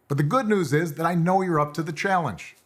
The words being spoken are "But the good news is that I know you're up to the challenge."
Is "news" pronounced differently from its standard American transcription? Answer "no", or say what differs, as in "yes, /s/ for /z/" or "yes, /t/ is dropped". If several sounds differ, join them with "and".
no